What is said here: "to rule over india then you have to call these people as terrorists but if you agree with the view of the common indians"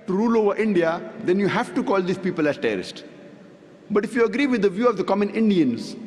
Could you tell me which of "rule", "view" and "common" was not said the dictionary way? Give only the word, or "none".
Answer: none